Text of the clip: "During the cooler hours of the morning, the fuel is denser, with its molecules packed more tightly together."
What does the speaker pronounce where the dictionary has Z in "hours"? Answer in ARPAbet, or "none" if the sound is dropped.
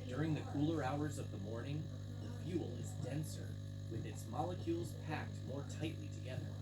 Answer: Z